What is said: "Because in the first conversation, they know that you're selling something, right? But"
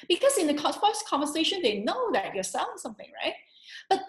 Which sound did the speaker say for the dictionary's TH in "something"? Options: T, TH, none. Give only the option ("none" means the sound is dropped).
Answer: TH